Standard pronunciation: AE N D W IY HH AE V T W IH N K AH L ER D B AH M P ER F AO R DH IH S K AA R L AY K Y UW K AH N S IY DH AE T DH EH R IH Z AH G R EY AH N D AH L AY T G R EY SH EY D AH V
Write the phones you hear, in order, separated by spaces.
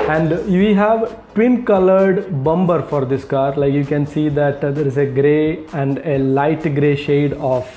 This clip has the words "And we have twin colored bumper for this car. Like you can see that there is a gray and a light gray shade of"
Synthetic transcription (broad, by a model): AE N D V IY HH AE V T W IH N K AH L ER D B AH M B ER F AO R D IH S K AA R L AY K Y UW K AH N S IY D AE T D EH R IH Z AH G R EY AH N D AH L AY T G R EY SH EY D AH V